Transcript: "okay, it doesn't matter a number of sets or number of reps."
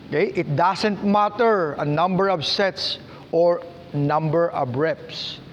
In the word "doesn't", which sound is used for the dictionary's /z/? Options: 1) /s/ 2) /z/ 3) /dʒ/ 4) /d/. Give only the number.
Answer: 1